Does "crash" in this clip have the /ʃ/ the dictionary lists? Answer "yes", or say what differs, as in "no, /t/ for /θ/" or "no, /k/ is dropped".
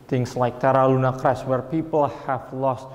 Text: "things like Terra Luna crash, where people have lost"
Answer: no, /s/ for /ʃ/